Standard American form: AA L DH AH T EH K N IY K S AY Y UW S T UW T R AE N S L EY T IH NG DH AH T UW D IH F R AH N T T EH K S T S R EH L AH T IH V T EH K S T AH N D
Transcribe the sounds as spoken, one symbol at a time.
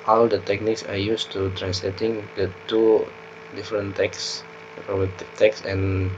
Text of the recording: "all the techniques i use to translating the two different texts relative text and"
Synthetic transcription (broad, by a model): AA L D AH T EH K N IY K S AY Y UW S T UW T R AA N S L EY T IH NG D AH T UW D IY F R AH N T T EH K S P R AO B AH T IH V T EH K S AH N